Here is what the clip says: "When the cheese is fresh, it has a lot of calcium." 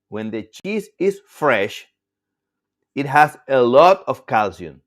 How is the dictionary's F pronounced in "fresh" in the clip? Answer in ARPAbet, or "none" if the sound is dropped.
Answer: F